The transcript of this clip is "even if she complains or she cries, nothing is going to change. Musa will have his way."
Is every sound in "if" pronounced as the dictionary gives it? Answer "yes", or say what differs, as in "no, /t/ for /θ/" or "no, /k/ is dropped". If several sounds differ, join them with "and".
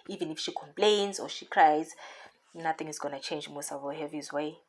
yes